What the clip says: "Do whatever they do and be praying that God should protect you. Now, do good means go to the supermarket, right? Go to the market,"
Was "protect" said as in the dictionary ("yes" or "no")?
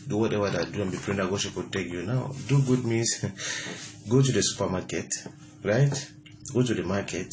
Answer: no